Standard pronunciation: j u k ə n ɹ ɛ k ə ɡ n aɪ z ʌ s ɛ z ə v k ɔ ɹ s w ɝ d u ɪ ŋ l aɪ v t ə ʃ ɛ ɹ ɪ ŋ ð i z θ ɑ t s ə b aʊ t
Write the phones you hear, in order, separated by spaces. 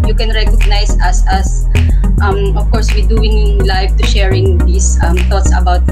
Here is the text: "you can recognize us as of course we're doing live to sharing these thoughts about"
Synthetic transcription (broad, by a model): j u k ə n ɹ ɛ k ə ɡ n aɪ s ʌ s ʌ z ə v k ɔ ɹ s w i d u ɪ ŋ l aɪ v t ə ʃ ɛ ɹ ɪ ŋ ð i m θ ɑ t s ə b aʊ t